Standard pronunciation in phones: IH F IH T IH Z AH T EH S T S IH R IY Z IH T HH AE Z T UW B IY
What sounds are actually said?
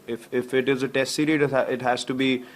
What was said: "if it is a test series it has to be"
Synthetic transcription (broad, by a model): IH F IH T IH Z AH T EH S T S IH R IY IH T HH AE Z T UW B IY